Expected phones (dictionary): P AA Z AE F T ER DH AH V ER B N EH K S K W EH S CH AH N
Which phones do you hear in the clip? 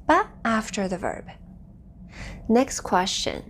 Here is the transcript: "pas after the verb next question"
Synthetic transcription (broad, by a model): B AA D AE F T ER DH AH V ER B N EH K S K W EH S CH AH N